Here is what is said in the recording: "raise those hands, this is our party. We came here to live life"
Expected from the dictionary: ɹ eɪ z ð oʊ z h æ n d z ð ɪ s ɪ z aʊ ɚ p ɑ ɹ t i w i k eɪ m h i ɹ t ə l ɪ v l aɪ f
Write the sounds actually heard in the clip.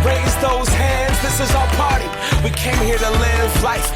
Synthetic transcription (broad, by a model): ɹ eɪ z ð oʊ z h æ n d z ð ɪ s ɪ z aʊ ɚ b ɑ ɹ t i w i k eɪ m h i ɹ t ə l ɪ v l aɪ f